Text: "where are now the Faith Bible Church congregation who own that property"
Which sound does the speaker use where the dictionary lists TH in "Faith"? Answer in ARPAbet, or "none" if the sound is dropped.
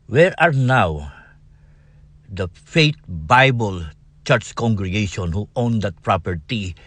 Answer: T